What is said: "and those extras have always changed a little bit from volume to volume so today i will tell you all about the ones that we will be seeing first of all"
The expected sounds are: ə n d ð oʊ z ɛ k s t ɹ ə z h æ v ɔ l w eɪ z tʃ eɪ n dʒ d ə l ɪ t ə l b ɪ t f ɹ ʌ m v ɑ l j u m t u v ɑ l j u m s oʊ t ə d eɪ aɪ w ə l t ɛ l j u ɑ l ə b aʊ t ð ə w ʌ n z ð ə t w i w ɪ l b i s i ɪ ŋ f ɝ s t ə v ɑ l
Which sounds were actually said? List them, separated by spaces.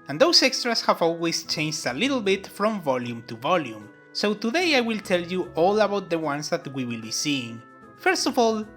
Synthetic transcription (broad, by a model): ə n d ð oʊ s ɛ k s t ɹ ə s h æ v ɔ l w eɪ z tʃ eɪ n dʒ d ə l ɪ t l b ɪ t f ɹ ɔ m v ɑ l j u m t u v ɑ l j u m s oʊ t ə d eɪ aɪ w ə l t ɛ l j u ɑ l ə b aʊ t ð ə w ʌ n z ð ə t w i w ɪ l b i s i ɪ ŋ f ɝ s t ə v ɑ l